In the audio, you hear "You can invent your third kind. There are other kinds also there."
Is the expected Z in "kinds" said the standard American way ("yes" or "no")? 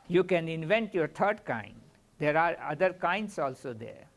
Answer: no